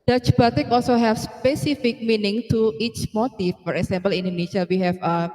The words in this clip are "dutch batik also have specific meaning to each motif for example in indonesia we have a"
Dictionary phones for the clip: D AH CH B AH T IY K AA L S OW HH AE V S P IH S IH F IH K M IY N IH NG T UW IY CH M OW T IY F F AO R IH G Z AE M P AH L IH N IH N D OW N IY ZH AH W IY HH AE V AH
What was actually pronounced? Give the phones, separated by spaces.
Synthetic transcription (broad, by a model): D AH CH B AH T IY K AA L S OW HH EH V S P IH S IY F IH K M IY N IH NG T UW IY CH M OW T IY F F AO R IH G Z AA M P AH L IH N N D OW N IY SH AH W IY HH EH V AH